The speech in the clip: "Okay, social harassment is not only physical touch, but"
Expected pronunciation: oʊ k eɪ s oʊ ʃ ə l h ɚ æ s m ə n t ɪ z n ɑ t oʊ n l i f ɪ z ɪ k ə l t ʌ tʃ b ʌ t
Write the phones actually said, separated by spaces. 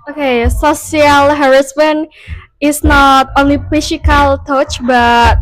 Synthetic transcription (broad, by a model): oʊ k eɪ s oʊ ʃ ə l h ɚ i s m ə n ɪ s n ɑ t oʊ n l i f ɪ s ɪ k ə l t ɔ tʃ b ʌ t